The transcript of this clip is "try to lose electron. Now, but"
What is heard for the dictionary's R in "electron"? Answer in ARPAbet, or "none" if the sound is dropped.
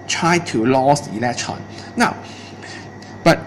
none